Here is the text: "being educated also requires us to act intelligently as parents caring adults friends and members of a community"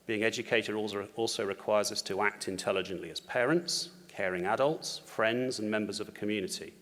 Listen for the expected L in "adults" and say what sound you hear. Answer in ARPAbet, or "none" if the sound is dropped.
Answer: L